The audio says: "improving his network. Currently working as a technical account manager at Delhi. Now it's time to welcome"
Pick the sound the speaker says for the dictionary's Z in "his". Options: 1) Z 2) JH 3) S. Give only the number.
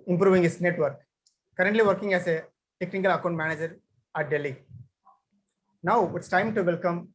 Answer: 3